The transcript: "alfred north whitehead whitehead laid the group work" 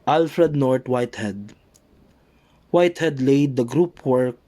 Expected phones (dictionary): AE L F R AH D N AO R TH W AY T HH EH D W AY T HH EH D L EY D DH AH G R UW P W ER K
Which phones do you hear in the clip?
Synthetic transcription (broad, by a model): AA L F R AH D N AO R T W AY T HH EH D W AY T HH EH D L EY D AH G R UW P W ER K